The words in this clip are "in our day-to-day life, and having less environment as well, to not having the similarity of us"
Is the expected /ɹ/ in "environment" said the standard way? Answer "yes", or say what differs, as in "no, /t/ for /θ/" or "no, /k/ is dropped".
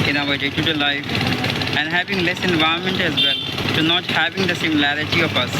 no, /ɹ/ is dropped